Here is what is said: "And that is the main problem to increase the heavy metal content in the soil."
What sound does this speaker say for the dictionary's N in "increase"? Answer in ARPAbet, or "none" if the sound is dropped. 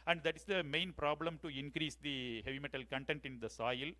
N